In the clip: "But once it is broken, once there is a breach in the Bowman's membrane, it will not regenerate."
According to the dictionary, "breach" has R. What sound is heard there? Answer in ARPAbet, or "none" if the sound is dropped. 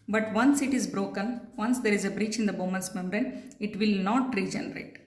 R